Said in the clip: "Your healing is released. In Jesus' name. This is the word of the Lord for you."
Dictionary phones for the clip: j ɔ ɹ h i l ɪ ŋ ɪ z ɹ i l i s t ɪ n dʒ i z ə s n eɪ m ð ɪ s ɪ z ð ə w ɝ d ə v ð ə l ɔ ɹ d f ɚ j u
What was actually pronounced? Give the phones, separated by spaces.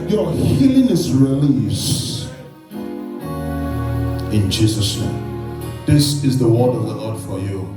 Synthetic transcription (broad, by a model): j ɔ h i l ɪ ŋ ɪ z ɹ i l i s ɪ n dʒ i z ə s n eɪ m ð ɪ s ɪ z ð ə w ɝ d ə v ð ə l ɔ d f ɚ j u